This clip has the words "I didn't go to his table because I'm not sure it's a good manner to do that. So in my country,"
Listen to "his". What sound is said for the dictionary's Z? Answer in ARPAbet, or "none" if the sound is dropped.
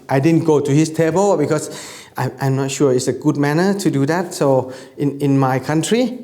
S